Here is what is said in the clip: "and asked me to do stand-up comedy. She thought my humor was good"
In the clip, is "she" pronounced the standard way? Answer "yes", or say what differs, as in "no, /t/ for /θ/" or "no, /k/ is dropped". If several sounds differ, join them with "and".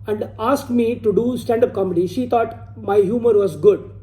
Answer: yes